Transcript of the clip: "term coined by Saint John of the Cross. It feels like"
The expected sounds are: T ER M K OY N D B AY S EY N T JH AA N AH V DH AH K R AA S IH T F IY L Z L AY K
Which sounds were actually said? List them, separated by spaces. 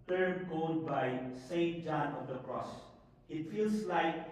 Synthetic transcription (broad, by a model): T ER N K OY L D B AY S EY N T JH AA N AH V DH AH K R AA S IH T F IY L S L AY K